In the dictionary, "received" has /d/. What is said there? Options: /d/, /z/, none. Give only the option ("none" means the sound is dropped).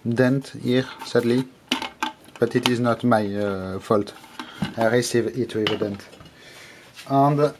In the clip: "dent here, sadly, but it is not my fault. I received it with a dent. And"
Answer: none